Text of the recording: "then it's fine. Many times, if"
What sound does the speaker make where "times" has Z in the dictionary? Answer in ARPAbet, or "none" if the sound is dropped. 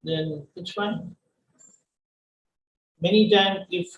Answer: none